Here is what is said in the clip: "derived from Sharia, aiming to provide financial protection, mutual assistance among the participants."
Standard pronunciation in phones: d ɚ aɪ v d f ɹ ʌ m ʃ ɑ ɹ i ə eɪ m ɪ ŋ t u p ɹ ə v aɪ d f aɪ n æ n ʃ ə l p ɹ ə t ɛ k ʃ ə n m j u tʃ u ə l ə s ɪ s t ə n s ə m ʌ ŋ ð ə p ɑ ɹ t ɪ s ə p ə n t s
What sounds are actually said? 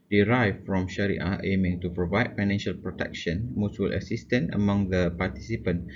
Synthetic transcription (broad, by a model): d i aɪ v f ɹ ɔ m ʃ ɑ ɹ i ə eɪ m ɪ ŋ t u p ɹ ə v aɪ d f aɪ n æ n ʃ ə l p ɹ ə t ɛ k ʃ ə n m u s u l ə s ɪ s t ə n ə m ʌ ŋ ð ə p ɑ t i s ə p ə n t